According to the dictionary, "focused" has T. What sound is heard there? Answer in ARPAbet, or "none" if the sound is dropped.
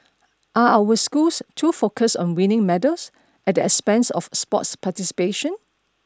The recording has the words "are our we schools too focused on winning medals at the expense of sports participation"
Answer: none